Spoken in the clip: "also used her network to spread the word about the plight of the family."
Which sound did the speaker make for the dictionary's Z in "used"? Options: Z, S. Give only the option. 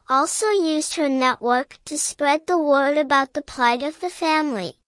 Z